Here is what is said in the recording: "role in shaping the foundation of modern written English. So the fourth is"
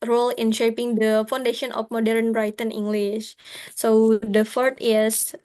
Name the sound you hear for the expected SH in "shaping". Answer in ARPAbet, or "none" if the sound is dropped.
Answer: SH